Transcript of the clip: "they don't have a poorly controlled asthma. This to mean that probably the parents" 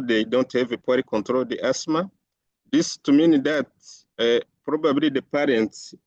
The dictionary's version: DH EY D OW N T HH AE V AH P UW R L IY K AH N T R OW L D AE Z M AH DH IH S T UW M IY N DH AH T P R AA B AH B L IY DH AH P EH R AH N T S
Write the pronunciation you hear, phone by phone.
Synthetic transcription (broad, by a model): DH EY D OW N T HH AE V AH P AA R IY K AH N T R OW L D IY S M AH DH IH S T UW M IY N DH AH T P R AA B AH B L IY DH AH P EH R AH N T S